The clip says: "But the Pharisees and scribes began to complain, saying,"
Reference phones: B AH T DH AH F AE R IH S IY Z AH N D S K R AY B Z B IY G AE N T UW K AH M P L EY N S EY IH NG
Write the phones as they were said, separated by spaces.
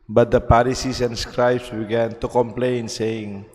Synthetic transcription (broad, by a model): B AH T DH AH P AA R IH S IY S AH N S K R AY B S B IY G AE N T UW K AH M P L EY N S EY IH NG